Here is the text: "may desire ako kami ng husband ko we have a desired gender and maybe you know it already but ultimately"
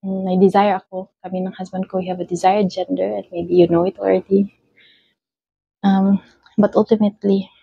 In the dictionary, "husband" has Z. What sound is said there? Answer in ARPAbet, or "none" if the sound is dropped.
S